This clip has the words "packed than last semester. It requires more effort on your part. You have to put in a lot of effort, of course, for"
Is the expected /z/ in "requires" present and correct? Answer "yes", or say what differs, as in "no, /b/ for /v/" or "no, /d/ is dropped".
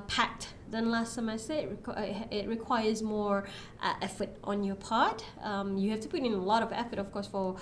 yes